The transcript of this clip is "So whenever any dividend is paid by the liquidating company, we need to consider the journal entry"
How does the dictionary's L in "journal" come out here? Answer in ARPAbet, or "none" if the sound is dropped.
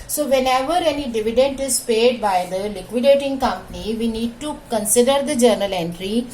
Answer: L